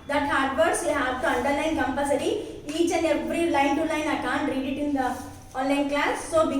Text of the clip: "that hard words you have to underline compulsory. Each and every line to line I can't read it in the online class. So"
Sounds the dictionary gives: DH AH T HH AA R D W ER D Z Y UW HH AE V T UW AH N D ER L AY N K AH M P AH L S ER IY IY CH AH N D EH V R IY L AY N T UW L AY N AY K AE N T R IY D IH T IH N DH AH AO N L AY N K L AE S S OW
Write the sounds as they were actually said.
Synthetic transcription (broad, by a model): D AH T HH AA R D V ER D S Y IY HH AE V T UW AH N D ER L AY N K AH M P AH S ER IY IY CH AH N EH V R IY L AY N T UW L AY N AY K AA N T R IY D IH T IH N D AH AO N L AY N K L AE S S OW